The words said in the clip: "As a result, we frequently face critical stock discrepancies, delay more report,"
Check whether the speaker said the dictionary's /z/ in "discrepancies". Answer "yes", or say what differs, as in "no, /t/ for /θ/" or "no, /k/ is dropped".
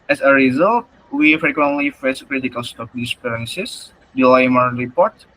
no, /s/ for /z/